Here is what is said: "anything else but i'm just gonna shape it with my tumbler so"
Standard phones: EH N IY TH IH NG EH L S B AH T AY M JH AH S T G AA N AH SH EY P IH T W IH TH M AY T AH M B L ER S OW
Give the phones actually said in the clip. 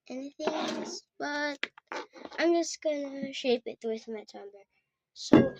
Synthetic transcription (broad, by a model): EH N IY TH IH NG EH L S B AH T AY M JH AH S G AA N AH SH EY P IH T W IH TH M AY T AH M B ER S OW